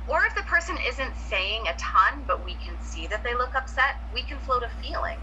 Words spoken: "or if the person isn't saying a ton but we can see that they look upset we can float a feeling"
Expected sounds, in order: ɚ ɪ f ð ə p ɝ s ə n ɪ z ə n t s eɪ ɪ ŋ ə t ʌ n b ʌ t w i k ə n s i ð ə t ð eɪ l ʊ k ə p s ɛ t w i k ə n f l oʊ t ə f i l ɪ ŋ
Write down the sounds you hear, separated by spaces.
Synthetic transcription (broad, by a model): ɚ ɪ f ð ə p ɝ s ə n ɪ z ə n t s eɪ ɪ ŋ ə t ʌ n b ʌ t w i k ə n s i ð ə t ð eɪ l ʊ k ə p s ɛ t w i k ə n f l oʊ t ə f i l ɪ ŋ